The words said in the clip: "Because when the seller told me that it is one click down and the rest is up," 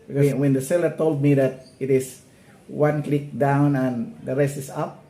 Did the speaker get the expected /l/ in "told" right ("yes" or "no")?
yes